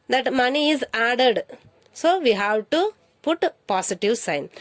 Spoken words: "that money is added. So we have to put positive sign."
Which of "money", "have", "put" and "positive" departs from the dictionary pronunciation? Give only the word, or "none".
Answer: positive